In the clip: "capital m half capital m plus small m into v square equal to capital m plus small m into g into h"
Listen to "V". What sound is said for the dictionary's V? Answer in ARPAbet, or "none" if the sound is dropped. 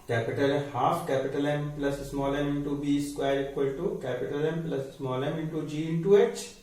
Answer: B